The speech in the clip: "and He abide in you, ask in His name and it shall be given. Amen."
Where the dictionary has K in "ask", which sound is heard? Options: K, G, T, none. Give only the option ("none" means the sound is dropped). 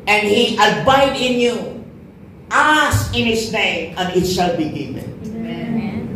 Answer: none